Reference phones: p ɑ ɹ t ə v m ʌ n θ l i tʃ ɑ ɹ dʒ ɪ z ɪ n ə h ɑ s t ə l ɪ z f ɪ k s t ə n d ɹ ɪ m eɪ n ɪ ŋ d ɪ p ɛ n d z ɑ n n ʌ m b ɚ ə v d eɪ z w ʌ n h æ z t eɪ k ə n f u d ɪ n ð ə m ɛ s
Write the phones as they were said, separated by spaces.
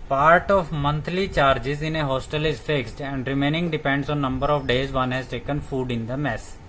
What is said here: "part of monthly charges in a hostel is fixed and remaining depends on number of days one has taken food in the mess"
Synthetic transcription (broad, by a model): p ɑ ɹ t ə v m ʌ n t l i tʃ ɑ ɹ dʒ ɪ z ɪ n ə h ɑ s t ə l ɪ z f ɪ k s t ə n d ɹ ɪ m eɪ n ɪ ŋ d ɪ p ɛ n d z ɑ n n ʌ m b ɚ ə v d eɪ z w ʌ n h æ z t eɪ k ə n f u d ɪ n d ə m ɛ s